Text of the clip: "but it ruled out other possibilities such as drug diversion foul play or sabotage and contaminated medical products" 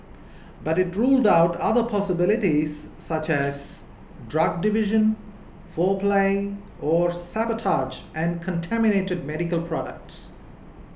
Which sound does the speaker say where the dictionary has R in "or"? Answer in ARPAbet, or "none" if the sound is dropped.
R